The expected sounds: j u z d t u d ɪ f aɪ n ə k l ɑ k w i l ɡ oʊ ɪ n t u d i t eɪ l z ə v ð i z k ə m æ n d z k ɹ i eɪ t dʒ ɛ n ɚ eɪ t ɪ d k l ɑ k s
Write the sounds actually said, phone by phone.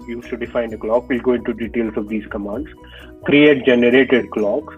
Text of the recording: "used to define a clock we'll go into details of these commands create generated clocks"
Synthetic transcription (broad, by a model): j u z t u d ɪ f aɪ n ə k l ɑ k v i l ɡ oʊ ɪ n t u d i t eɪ l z ə v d i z k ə m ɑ n d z k ɹ i eɪ t dʒ ɛ n ɚ eɪ t ɪ d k l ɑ k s